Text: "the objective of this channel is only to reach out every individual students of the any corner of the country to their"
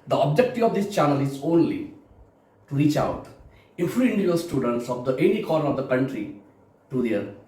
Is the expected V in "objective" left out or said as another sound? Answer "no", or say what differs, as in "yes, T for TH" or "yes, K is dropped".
yes, V is dropped